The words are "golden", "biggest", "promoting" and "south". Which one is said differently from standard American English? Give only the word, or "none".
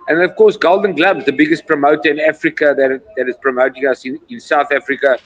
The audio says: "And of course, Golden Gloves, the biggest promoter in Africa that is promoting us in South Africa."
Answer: none